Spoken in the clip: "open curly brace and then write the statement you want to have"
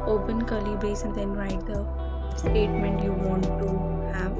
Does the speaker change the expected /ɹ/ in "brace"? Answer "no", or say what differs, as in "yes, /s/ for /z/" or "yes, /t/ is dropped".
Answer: yes, /ɹ/ is dropped